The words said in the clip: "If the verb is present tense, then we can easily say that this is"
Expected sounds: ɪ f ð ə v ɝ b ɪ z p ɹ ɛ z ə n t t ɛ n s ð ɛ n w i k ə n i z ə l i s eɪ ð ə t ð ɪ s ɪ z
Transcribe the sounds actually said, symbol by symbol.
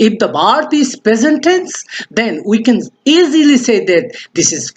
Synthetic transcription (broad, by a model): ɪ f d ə b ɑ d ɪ s p ɹ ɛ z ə n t t ɛ n s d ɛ n w i k ə n i z ə l i s eɪ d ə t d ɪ s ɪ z